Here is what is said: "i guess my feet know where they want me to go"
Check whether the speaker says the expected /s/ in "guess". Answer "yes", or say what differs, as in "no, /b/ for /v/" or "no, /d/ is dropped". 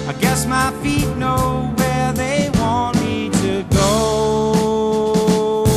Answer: yes